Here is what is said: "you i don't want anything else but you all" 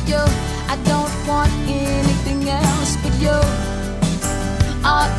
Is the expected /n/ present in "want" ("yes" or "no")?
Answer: yes